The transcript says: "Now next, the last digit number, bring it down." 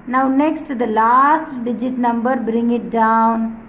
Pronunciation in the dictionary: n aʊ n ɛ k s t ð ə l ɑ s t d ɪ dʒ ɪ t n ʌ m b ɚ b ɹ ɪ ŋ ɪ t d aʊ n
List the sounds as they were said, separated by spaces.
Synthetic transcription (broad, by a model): n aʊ n ɛ k s t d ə l ɑ s t d ɪ dʒ ɪ t n ʌ m b ɚ b ɹ ɪ ŋ ɪ t d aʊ n